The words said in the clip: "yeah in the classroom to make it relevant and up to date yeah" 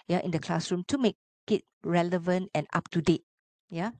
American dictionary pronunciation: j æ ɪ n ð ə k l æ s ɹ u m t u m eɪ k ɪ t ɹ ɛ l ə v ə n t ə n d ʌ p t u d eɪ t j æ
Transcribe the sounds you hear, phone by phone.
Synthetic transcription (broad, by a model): j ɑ ɪ n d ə k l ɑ s ɹ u m t u m eɪ k ɪ t ɹ ɛ l ə v ə n t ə n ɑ p t u d eɪ t j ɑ